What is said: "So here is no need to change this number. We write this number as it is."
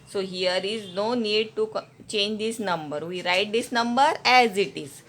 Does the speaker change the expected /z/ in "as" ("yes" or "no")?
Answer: no